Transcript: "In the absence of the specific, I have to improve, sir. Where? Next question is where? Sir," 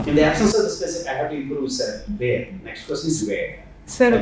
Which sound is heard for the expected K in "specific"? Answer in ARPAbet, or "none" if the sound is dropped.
none